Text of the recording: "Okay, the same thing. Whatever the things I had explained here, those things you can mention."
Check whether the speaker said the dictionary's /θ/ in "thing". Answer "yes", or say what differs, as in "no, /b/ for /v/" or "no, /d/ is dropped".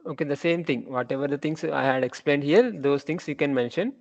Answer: no, /t/ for /θ/